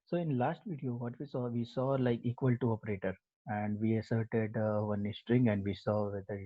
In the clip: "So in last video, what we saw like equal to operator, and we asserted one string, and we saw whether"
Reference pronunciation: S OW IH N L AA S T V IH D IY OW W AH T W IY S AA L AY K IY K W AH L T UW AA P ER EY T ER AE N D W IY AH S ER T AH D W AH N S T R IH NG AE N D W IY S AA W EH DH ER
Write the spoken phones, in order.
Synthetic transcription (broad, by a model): S OW IH N L AA S T V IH D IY OW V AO T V IY S AA L AY K IY K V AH L T UW AA P ER EY T ER AE N D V IY AH S ER T AH D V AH N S T R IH NG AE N D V IY S AA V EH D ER